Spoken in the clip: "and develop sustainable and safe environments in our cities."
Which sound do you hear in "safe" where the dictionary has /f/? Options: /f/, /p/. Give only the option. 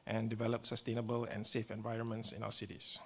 /f/